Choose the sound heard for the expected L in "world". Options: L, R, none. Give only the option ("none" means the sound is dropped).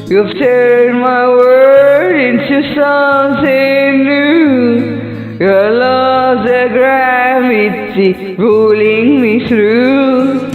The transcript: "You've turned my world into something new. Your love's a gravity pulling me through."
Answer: none